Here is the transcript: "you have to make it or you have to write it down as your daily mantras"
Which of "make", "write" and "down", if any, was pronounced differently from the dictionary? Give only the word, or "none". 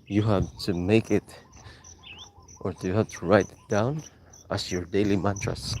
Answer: none